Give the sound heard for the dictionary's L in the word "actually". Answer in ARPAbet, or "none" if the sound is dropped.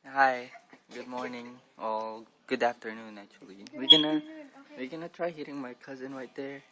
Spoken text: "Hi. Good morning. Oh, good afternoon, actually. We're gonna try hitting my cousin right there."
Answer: W